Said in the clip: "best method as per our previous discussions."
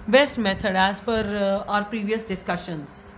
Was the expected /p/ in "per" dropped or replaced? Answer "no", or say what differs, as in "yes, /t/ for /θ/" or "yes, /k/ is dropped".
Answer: yes, /f/ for /p/